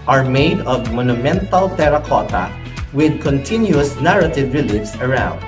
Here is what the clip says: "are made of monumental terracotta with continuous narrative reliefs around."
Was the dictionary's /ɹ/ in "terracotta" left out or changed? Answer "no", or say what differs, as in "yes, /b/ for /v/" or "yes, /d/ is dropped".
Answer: no